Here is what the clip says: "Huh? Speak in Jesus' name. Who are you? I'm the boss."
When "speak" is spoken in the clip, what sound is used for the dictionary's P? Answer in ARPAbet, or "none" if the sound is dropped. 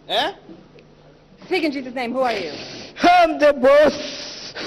none